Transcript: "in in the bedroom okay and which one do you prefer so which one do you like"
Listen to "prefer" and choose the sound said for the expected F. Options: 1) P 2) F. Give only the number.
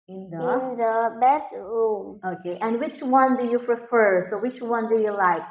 2